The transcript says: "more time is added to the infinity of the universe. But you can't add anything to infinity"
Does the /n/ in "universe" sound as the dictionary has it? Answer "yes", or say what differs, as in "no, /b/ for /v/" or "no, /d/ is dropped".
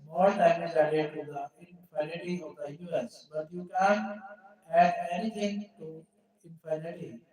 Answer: no, /n/ is dropped